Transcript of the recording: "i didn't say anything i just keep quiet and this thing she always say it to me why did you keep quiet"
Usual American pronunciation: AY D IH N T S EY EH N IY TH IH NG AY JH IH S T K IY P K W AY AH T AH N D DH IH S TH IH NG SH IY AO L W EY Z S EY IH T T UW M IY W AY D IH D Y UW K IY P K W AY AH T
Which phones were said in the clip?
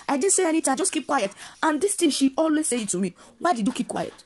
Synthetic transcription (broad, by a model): AY D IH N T S EY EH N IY T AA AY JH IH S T K IY P K W AY AH T AH N D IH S T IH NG SH IY AO L W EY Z S EY IH T T UW M IY W AY D IH D Y UW K IY P K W AY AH T